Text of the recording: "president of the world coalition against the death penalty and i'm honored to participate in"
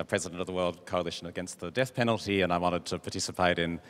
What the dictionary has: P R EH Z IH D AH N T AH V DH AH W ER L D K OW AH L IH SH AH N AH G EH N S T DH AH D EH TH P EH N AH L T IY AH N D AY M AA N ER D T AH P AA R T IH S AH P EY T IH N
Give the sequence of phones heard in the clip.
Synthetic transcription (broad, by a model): P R EH Z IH D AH N T AH V DH AH W ER L D K OW AH L IH SH AH N AH G EH N S T DH AH D EH TH P EH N L T IY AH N AY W AA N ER D T AH P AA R T IH S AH P EY T IH N